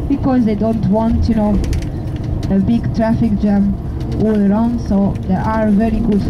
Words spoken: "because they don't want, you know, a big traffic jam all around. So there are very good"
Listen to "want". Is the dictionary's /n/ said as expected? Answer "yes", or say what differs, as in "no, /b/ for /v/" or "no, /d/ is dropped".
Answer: yes